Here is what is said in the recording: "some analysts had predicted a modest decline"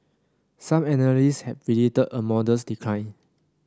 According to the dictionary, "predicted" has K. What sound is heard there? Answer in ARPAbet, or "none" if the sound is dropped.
none